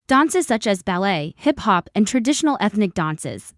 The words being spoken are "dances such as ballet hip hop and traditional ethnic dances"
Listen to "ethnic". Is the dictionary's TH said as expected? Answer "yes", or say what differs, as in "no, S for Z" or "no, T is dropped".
yes